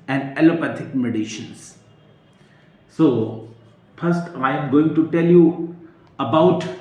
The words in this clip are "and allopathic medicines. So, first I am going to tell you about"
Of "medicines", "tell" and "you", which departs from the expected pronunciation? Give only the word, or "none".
medicines